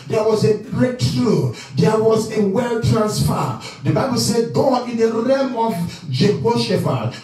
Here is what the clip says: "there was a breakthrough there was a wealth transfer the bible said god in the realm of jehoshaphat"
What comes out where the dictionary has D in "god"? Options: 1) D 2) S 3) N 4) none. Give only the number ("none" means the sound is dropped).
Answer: 4